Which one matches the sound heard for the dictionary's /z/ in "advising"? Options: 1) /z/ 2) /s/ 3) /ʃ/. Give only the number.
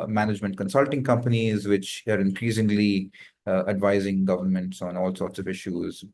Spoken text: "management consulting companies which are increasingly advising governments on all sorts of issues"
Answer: 1